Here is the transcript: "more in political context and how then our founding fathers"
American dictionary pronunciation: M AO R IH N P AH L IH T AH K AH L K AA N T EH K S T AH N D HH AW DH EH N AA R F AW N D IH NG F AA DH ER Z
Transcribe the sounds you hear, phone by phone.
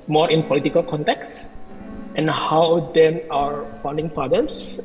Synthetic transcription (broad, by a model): M AO R IH N P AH L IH T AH K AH L K AA N T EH K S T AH N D HH AW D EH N AA R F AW N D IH NG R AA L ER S